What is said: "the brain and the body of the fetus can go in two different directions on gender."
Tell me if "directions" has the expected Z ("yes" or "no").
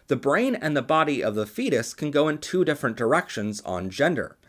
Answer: yes